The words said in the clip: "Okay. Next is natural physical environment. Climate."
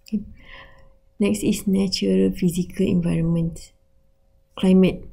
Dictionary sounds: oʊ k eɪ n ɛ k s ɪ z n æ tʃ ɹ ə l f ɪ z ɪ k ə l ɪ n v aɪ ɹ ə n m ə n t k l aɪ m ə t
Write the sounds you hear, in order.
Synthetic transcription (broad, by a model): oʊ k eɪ n ɛ k s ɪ s n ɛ tʃ ɹ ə l f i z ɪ k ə l ɪ n v aɪ ɹ ə n m ə n t k l aɪ m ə t